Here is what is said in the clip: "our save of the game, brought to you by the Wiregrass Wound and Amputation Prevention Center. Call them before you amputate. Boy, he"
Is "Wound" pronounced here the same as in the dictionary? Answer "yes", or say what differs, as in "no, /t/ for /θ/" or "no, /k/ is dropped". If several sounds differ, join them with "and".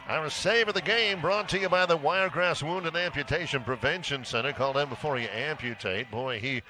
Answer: yes